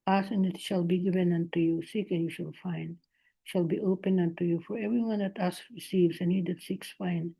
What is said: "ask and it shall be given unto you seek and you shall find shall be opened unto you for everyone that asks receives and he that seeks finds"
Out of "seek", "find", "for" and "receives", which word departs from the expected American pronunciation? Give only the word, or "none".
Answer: receives